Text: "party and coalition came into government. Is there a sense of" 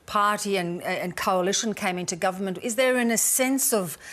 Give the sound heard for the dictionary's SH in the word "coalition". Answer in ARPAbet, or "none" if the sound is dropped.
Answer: SH